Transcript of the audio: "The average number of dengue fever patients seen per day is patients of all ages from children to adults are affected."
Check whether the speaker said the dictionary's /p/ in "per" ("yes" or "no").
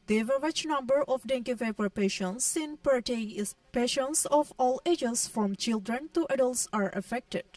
yes